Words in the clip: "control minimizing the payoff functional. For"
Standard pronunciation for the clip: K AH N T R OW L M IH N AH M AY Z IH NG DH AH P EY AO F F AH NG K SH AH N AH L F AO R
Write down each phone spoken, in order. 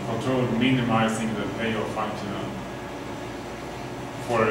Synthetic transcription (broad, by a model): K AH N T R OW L M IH N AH M AY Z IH NG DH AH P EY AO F F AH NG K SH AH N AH N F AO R